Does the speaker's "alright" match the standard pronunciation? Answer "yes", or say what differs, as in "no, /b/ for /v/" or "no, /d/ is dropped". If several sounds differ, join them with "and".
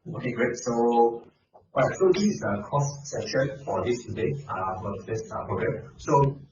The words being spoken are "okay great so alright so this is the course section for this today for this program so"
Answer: no, /l/ is dropped